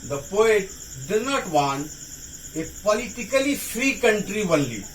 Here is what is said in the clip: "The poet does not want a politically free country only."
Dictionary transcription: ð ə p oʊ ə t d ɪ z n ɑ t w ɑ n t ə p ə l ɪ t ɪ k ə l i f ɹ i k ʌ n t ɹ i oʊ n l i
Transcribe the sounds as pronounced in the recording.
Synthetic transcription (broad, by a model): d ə p oʊ ə t d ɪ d n ɑ t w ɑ n ə p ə l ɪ t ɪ k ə l i f ɹ i k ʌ n t ɹ i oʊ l i